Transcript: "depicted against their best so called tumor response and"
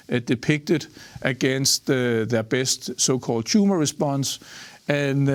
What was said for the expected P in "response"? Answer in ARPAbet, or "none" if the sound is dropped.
B